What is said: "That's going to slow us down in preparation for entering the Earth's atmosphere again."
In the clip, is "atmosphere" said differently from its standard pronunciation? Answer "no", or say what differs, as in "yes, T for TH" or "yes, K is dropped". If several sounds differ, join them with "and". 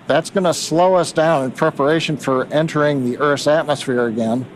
no